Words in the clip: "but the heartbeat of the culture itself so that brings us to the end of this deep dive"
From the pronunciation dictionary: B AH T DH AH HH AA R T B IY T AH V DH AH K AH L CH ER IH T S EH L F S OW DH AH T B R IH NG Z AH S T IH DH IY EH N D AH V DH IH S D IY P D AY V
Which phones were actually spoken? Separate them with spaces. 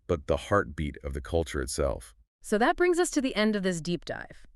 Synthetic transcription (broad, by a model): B AH T DH AH HH AA R T B IY T AH V DH AH K AH L CH ER IH T S EH L F S OW DH AH T B R IH NG Z AH S T IH DH IY EH N D AH V DH IH S D IY P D AY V